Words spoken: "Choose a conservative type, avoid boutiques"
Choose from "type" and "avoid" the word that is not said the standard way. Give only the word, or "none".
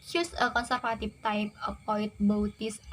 avoid